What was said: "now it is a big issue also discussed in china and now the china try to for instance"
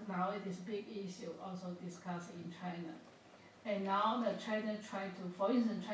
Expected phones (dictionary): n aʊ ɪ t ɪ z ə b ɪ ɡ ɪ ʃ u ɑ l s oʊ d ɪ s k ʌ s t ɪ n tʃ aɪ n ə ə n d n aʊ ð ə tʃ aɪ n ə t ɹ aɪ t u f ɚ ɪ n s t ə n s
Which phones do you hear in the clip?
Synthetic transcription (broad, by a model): n aʊ ɪ t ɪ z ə b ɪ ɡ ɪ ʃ u ɑ l s oʊ d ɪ s k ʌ s ɪ n tʃ aɪ n ə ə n n aʊ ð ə tʃ aɪ n ə t ɹ aɪ t u f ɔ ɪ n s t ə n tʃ